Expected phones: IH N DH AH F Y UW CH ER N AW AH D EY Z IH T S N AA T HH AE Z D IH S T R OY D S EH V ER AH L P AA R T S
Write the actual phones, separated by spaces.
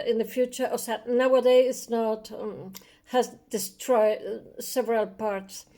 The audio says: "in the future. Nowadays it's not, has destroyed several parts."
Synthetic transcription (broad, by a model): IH N DH AH F Y UW CH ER N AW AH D EY IH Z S N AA T HH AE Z D IH S T R OY D S EH V ER AH L P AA R T S